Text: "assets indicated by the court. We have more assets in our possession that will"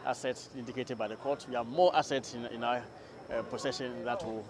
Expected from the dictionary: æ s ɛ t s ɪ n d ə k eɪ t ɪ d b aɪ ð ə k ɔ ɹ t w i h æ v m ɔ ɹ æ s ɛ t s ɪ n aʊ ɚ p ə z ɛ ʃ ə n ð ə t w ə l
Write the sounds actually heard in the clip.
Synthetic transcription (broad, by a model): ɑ s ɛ t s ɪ n d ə k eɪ t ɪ d b aɪ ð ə k ɔ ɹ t w i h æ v m ɔ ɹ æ s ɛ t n ɪ n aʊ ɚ p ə s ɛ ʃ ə n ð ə t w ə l